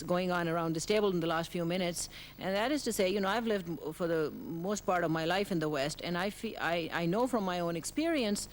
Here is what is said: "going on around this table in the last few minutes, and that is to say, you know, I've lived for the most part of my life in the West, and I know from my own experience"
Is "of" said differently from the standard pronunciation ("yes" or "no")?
no